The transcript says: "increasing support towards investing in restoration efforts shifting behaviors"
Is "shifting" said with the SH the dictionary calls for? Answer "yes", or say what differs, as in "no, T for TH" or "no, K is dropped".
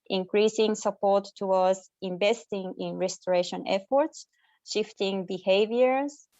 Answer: yes